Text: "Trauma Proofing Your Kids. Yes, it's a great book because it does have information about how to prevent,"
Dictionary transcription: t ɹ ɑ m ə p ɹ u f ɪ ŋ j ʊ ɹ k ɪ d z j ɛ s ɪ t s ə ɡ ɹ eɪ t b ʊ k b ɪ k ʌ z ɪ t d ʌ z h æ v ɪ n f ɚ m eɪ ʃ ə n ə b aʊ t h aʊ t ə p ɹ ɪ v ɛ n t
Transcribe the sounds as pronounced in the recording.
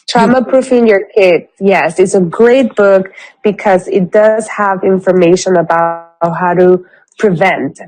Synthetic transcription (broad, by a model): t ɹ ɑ m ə p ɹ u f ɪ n j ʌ ɹ k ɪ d j ɛ s ɪ t s ə ɡ ɹ eɪ t b ʊ k b ɪ k ʌ z ɪ t d ʌ z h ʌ v ɪ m f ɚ m eɪ ʃ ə n ə b aʊ t h aʊ t ə p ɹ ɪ v ɛ n t